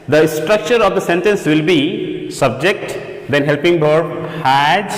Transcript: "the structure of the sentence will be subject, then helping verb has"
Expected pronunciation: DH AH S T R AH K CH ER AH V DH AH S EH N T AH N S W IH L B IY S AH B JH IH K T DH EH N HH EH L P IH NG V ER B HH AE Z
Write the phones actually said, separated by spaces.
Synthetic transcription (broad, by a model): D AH S T R AH K CH ER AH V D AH S EH N T AH N S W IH L B IY S AH B JH IH K T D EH N HH EH L P IH NG B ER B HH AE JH